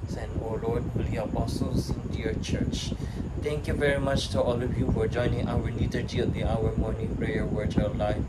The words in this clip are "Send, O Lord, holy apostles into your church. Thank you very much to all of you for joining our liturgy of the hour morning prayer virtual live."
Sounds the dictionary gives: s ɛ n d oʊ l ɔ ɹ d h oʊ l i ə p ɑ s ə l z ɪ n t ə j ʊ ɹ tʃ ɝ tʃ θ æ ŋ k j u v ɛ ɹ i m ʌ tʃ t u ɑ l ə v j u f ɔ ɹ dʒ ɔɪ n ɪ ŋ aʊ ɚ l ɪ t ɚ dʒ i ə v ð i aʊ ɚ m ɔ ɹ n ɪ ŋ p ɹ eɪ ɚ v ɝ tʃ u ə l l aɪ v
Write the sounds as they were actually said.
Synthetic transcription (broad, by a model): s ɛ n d oʊ l ɔ ɹ d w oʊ l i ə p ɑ s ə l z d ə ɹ tʃ ɝ tʃ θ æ ŋ k j u v ɛ ɹ i m ʌ tʃ t u ɑ l ə v j u f ɔ ɹ dʒ ɔɪ n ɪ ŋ aʊ ɚ n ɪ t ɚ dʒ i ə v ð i aʊ ɚ m ɔ ɹ n ɪ ŋ p ɹ eɪ ɚ w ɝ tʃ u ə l l aɪ